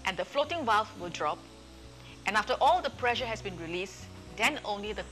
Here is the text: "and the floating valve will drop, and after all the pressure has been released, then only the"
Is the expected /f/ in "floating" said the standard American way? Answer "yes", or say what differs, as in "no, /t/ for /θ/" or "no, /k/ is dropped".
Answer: yes